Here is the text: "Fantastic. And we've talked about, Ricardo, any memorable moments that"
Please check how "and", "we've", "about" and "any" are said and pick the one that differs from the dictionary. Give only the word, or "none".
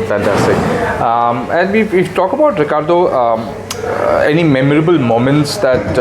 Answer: we've